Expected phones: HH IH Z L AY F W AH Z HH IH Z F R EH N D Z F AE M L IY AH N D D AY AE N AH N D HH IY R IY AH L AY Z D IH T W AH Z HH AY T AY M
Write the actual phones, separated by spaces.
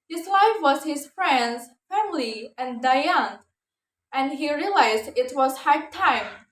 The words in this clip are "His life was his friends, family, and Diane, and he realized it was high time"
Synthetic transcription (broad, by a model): HH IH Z L AY F W AH Z HH IH Z F R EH N D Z F AE M L IY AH N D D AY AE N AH N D HH IY R IY AH L AY Z D IH T W AH Z HH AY T AY M